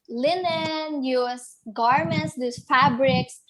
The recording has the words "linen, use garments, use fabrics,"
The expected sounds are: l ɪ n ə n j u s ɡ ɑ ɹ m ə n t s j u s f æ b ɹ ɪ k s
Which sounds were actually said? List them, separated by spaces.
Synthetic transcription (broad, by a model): l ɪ n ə n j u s ɡ ɑ ɹ m ə n t s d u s f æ b ɹ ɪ k s